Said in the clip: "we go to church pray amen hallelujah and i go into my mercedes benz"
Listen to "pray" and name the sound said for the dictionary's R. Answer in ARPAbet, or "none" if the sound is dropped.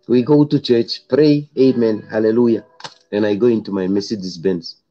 R